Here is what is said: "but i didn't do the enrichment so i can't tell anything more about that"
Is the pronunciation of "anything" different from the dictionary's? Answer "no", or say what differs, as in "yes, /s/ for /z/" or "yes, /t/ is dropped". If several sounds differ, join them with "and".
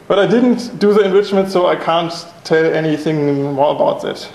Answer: no